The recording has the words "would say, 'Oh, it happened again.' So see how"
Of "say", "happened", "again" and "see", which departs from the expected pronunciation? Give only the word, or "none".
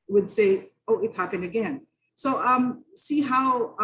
happened